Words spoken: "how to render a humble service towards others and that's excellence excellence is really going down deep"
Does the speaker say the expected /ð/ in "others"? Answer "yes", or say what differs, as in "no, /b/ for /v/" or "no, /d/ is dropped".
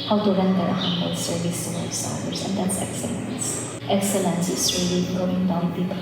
no, /ð/ is dropped